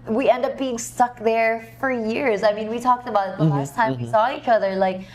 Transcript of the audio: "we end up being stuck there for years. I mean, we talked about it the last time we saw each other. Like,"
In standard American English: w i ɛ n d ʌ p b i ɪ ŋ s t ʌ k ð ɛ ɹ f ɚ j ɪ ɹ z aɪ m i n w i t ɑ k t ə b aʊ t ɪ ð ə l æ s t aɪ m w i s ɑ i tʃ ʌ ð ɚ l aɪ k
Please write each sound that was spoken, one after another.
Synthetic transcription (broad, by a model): w i ɛ n d ʌ p b i ɪ ŋ s t ʌ k ð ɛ ɹ f ɚ j ɪ ɹ z aɪ m i n w i t ɑ k t ə b aʊ t ð ə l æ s t aɪ m w i s ɑ i tʃ ʌ ð ɚ l aɪ k